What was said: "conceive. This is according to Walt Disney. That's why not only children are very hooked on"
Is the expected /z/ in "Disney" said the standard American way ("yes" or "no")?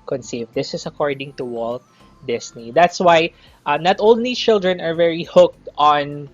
no